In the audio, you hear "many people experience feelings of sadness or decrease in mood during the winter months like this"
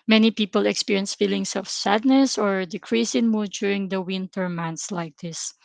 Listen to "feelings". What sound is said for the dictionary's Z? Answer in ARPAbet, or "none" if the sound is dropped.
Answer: S